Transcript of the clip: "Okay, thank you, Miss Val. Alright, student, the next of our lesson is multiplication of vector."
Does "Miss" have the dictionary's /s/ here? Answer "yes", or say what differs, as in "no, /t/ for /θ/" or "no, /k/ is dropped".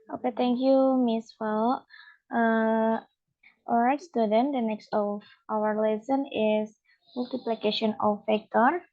yes